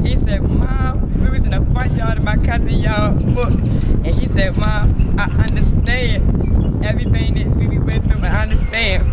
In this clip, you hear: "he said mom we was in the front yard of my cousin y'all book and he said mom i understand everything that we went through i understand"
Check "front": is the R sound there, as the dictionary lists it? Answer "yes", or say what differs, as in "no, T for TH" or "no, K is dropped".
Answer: no, R is dropped